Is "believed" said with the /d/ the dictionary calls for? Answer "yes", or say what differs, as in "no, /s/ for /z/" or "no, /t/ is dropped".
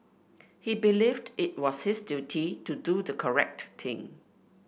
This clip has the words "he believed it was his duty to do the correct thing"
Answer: yes